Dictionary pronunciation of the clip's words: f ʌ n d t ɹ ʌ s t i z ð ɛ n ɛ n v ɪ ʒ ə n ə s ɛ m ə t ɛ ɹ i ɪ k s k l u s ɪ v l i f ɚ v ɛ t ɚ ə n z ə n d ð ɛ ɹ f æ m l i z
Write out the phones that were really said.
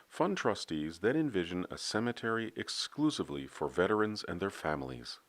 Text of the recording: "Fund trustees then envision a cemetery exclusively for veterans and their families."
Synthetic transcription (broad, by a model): f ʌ n t ɹ ʌ s t i z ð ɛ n ɛ n v ɪ ʒ ə n ə s ɛ m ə t ɛ ɹ i ɪ k s k l u s ɪ v l i f ɚ v ɛ t ɚ ə n z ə n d ð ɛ ɹ f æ m l i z